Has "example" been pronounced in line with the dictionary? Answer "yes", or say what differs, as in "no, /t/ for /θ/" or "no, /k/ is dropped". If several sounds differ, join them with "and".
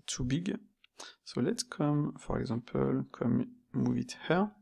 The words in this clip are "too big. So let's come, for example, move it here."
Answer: no, /m/ is dropped